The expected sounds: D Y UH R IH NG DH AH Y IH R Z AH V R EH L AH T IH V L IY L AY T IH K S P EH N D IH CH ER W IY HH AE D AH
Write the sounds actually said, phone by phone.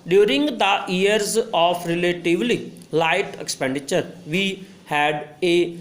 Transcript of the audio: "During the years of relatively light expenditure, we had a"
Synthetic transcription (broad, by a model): D Y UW R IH NG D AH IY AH R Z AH P R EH L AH T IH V L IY L AY T IH K S P EH N D IH CH ER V IY HH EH D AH